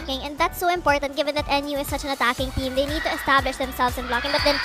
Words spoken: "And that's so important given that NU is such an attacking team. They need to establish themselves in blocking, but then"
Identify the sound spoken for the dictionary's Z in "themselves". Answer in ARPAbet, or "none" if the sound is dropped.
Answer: S